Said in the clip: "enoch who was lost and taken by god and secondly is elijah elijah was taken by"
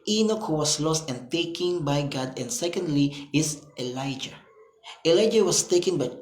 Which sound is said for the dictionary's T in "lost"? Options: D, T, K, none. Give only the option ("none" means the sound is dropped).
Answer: T